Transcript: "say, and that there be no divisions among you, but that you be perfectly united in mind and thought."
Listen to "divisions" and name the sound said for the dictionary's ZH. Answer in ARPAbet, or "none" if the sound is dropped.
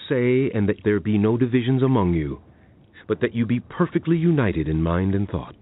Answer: ZH